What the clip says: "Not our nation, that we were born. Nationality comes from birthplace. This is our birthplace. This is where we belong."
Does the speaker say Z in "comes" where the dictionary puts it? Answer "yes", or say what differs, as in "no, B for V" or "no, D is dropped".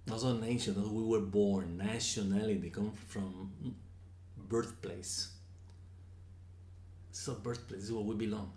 no, Z is dropped